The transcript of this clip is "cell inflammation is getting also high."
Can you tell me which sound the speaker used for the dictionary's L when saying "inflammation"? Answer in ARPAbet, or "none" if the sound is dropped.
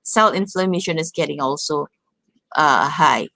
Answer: L